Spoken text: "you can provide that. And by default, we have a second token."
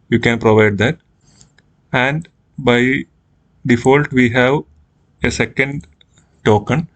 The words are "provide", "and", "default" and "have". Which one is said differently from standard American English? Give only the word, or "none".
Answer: none